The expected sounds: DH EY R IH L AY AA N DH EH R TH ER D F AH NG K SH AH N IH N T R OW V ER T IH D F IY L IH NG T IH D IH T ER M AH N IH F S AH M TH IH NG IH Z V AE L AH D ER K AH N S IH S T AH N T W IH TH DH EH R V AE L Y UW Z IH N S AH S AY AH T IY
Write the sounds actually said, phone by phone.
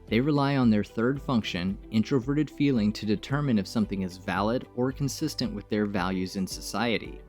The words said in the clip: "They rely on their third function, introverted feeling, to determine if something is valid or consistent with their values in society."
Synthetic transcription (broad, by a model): DH EY R IH L AY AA N DH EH R TH ER D F AH NG K SH AH N IH N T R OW V ER T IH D F IY L IH NG T IH D IH T ER M AH N IH F S AH M TH IH NG IH Z V AE L AH D ER K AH N S IH S T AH N T W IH DH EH R V AE L Y UW Z IH N S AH S AY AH T IY